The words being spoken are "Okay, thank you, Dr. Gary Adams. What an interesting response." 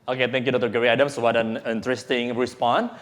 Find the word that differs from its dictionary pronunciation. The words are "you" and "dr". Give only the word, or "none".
dr